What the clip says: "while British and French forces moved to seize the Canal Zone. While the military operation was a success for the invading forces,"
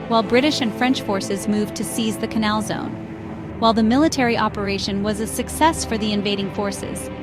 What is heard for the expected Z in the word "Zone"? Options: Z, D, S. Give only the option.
Z